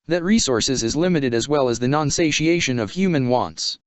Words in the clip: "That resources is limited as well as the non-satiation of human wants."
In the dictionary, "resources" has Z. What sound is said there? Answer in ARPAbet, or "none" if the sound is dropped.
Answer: Z